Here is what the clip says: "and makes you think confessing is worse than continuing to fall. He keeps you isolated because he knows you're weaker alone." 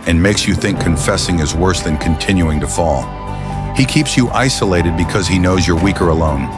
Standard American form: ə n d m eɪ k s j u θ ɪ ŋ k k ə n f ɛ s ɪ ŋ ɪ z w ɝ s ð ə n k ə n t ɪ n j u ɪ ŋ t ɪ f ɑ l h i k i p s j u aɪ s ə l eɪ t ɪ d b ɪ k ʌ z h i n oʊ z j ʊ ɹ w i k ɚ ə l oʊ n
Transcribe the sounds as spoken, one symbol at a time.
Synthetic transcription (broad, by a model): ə n m eɪ k s j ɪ θ ɪ ŋ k k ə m f ɛ s ɪ ŋ ɪ z w ɝ s ð ə n k ə n t ɪ n j u ɪ ŋ t ɪ f ɑ l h i k i p s j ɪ aɪ s ə l eɪ t ɪ d b ɪ k ʌ z i n oʊ z j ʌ ɹ w i k ɚ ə l oʊ n